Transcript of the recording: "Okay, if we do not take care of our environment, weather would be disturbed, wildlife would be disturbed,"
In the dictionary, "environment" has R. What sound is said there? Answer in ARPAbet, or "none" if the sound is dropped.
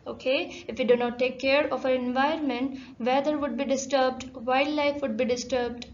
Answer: none